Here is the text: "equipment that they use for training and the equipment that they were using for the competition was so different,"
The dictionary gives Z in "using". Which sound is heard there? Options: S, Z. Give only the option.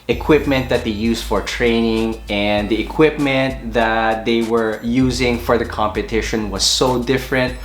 Z